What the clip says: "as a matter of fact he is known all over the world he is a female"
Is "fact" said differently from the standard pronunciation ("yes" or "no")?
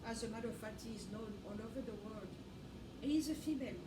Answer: yes